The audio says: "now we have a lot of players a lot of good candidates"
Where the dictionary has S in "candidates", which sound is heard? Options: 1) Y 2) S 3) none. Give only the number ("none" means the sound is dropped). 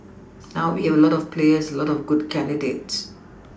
2